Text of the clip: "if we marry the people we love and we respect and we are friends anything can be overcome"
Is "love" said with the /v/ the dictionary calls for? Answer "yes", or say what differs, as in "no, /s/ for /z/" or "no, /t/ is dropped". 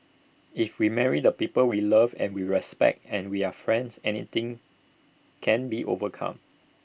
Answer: yes